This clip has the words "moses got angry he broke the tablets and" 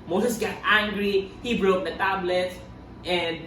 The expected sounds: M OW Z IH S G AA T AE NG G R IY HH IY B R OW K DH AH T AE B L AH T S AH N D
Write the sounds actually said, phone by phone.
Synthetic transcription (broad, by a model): M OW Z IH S G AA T AE NG G R IY HH IY B R OW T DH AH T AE B L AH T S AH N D